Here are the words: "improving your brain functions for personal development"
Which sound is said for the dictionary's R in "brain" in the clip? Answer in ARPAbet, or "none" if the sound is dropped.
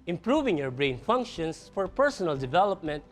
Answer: R